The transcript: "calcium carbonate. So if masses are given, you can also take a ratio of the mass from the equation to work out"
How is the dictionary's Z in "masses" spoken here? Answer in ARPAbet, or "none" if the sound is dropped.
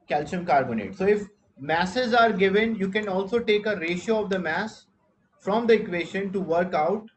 Z